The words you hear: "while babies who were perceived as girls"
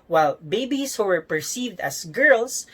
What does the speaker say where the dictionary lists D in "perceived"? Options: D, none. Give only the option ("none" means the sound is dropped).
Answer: D